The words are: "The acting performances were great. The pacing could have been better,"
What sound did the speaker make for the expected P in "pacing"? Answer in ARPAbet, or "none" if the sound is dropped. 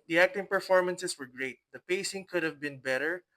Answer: P